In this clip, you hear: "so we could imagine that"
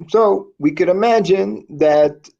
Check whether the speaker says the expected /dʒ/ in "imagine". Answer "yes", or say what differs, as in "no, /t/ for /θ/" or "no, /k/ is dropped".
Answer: yes